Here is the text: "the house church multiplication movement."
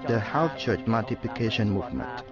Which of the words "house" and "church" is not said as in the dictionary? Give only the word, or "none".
house